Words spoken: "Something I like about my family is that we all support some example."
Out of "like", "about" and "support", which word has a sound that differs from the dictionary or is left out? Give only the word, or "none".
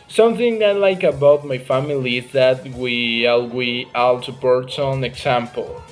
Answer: support